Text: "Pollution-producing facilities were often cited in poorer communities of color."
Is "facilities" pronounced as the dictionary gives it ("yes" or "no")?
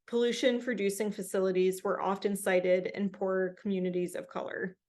yes